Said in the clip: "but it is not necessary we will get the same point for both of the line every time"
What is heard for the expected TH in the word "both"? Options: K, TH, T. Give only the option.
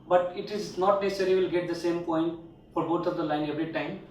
T